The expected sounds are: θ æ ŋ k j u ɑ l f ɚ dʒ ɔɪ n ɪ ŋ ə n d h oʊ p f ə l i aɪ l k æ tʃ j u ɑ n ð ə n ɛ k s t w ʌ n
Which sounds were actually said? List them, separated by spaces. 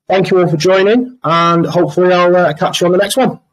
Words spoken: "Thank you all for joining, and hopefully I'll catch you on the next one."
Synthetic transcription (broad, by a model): θ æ ŋ k j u ɑ l f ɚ dʒ ɔɪ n ɪ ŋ ə n h oʊ p f ə l i aɪ l k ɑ tʃ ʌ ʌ n ð ə n ɛ k s t w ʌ n